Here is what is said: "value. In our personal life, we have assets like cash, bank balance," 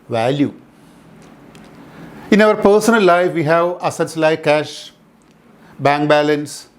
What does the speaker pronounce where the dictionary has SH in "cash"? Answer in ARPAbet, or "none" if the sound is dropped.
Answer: SH